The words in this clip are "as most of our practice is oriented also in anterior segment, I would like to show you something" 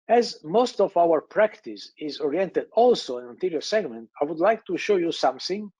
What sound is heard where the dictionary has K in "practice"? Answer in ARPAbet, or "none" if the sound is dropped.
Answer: K